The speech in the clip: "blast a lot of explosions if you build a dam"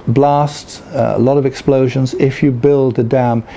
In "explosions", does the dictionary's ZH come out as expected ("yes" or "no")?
yes